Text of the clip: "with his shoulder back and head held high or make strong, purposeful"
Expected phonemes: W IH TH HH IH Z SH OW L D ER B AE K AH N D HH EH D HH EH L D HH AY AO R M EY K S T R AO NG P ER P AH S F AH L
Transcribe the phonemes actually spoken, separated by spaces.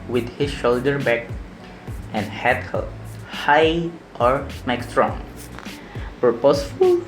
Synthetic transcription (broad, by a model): W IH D HH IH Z SH OW L D ER B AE K AH N D HH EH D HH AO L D HH AY AO R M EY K S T R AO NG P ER P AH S F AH L